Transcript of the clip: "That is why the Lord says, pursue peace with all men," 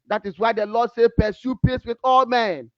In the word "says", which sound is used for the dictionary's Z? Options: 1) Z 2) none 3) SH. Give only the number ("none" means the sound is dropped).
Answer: 2